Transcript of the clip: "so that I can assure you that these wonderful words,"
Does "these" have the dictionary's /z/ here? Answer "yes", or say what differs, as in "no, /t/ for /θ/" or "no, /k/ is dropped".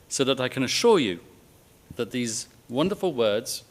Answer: yes